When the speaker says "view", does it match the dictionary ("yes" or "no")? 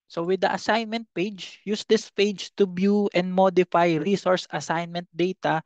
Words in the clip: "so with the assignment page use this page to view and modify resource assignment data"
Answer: no